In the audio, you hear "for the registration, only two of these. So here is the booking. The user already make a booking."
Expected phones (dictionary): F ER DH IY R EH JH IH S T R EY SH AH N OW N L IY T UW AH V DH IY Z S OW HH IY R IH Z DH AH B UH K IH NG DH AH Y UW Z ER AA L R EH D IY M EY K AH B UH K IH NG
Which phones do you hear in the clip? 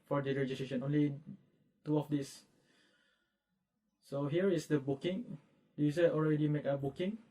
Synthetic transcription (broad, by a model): F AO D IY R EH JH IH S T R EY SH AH N OW N L IY T UW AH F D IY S S OW HH IY R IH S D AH B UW K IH NG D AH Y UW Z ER AA L R EH D IY M EY K AH B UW K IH NG